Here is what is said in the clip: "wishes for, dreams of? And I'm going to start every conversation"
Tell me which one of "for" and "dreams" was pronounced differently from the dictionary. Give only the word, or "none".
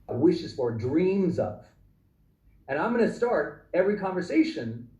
none